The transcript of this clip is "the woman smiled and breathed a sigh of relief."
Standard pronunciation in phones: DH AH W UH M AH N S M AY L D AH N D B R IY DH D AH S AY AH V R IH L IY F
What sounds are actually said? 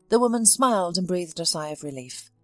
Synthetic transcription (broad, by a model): DH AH W UH M AH N S M AY L D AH N B R IY DH D AH S AY AH V R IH L IY F